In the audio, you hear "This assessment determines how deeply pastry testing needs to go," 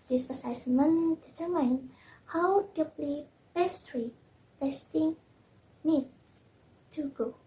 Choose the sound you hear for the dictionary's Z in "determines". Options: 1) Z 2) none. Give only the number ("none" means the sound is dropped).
2